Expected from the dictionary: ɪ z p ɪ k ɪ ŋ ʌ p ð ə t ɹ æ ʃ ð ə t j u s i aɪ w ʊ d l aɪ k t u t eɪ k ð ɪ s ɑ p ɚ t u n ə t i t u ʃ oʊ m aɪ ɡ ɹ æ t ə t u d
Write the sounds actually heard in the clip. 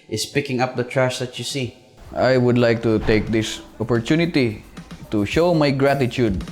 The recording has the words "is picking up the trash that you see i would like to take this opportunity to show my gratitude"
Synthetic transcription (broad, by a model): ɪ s p ɪ k ɪ ŋ ʌ p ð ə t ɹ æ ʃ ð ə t j u s i aɪ w ʊ d l aɪ k t u t eɪ k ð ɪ s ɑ p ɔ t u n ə t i t u ʃ oʊ m aɪ ɡ ɹ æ t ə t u d